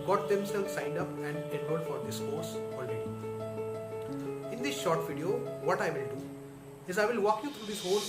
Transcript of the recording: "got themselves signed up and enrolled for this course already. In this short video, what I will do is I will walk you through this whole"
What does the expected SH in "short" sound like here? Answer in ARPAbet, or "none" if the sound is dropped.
SH